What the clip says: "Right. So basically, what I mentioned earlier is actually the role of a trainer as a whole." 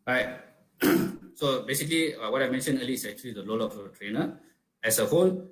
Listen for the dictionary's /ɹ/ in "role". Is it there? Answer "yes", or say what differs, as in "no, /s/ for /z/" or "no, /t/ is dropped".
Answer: no, /l/ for /ɹ/